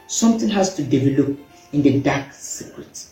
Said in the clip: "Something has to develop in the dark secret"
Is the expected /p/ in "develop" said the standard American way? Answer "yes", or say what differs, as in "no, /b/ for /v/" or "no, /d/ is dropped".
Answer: yes